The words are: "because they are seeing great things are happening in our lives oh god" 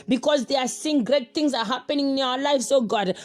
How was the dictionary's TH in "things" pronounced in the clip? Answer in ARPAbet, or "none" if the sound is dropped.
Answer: T